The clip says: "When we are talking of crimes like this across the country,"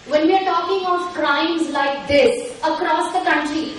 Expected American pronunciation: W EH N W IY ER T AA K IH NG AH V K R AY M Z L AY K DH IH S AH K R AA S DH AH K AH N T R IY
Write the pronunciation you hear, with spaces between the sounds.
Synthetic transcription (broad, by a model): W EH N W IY ER T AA K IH NG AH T K R AY M Z L AY K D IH S AH K R AA S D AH K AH N T R IY